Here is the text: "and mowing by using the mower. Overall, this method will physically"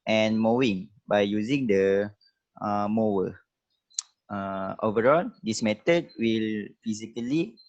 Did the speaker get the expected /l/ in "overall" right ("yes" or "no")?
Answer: yes